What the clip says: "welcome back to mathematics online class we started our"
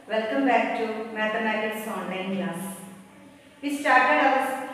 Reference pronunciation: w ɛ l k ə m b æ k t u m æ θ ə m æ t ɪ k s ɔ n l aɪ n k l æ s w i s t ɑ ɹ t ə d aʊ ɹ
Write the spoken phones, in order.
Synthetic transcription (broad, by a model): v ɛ l k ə m b æ k t u m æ t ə m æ t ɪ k s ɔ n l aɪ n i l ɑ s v i s t ɑ ɹ t ə d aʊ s